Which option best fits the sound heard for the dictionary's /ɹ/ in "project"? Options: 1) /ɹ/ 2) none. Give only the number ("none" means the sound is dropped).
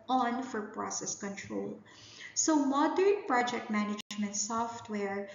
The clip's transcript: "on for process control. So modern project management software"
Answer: 1